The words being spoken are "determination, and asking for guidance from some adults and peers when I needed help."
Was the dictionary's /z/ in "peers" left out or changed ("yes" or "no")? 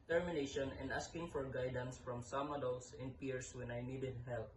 yes